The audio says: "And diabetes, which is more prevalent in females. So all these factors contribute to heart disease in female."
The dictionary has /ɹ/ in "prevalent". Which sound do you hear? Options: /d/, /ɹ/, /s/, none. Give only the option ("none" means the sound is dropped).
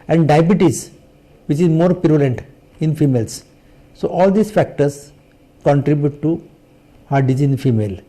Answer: none